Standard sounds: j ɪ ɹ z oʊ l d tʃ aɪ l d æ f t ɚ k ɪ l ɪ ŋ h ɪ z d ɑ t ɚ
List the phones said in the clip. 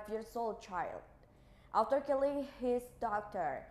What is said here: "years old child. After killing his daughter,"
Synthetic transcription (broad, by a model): j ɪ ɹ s oʊ l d tʃ aɪ l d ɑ t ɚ k ɪ l ɪ ŋ h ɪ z d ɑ t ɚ